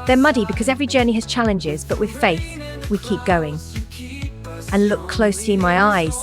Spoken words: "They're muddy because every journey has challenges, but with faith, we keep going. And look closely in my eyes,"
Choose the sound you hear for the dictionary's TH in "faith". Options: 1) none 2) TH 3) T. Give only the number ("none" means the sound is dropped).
2